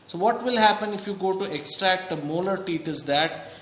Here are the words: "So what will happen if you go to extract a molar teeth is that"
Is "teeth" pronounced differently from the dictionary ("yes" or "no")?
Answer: yes